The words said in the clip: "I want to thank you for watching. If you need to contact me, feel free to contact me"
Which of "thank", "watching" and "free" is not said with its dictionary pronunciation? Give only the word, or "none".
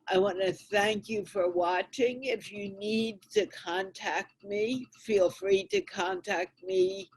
none